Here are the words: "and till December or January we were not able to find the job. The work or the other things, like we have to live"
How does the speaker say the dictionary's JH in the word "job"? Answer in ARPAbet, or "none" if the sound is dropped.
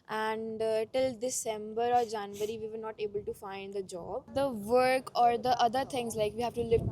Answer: JH